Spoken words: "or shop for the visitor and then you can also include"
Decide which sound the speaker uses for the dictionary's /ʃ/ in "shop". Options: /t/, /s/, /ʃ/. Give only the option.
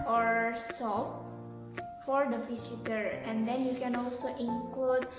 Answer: /s/